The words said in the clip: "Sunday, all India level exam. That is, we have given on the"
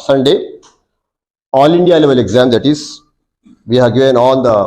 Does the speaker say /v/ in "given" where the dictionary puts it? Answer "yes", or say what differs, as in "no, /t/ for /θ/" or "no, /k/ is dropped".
no, /v/ is dropped